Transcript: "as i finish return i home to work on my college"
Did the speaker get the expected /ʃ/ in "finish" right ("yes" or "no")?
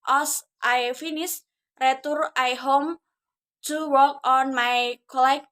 no